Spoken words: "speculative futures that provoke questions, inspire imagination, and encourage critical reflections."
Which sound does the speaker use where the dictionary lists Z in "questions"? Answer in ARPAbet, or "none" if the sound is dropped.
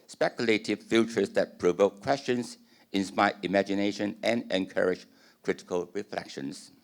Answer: S